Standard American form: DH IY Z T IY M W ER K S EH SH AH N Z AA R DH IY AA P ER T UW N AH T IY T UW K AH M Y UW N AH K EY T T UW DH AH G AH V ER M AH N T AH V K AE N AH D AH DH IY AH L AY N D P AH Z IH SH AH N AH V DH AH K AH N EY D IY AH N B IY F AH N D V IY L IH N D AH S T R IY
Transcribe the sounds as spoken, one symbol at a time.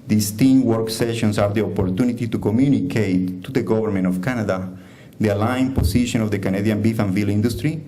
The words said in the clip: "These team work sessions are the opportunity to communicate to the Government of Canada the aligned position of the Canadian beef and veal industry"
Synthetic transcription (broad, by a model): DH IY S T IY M W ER K S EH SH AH N S AA R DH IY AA P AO T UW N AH T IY T UW K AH M Y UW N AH K EY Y T UW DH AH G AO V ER M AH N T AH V K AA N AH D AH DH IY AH L AY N P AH S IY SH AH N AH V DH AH K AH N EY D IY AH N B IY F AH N V IY L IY N D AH S T R IY